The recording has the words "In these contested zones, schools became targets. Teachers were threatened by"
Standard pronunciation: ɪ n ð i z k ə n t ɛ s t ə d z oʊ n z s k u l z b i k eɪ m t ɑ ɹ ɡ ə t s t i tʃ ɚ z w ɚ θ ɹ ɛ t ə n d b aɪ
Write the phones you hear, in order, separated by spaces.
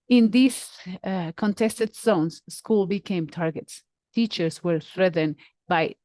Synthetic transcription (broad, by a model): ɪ n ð i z k ə n t ɛ s t ə d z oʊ n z s k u l b i k eɪ m t ɑ ɹ ɡ ə t s t i tʃ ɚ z w ɚ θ ɹ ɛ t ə n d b aɪ